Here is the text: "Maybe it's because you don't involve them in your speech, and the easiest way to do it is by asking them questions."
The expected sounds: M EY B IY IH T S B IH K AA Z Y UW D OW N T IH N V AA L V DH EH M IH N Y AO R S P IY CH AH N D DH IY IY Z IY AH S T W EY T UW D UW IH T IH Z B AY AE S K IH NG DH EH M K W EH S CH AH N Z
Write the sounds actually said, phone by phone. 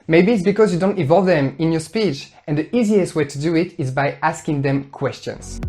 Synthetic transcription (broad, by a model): M EY B IY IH T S B IH K AA Z Y UW D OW N T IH V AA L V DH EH M IH N Y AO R S P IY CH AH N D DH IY IY Z IY AH S T W EY T UW D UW IH T IH Z B AY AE S K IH NG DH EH M K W EH S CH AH N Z